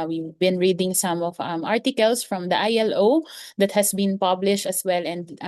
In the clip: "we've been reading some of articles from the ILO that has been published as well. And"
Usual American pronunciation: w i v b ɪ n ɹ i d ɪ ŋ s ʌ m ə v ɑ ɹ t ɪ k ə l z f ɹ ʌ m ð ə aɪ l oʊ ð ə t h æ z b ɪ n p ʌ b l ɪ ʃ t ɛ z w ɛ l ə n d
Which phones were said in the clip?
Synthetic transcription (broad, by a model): w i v b ɪ n ɹ i d ɪ ŋ s ʌ m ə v ɑ ɹ t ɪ k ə l s f ɹ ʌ m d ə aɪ l oʊ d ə t h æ s b ɪ n p ʌ b l ɪ ʃ t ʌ s w ɛ l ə n d